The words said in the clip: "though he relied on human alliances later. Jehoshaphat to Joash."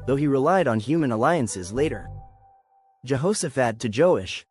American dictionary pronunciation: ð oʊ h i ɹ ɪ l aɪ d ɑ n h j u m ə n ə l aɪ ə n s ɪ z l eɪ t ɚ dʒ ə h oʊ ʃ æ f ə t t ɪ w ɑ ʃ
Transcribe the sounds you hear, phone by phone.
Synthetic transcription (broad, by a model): ð oʊ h i ɹ ɪ l aɪ d n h j u m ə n ə l aɪ ə n s ɪ z l eɪ t ɚ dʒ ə h oʊ s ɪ f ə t t ɪ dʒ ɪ ʃ